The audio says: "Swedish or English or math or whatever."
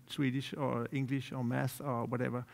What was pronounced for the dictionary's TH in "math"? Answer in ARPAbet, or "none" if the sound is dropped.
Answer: S